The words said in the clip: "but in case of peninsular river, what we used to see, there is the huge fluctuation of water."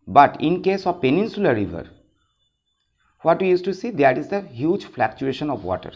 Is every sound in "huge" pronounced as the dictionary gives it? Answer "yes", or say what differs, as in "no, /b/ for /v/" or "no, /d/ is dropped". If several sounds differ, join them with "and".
yes